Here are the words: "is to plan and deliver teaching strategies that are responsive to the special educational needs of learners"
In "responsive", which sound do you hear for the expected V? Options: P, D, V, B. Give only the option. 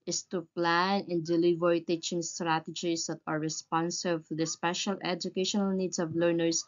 B